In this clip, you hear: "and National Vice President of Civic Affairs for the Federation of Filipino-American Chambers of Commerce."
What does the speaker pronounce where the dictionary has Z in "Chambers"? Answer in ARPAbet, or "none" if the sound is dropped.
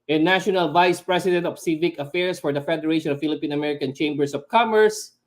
S